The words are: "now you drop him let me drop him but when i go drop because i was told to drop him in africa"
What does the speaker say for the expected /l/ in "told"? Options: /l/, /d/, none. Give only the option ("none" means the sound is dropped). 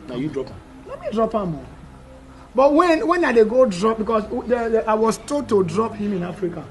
none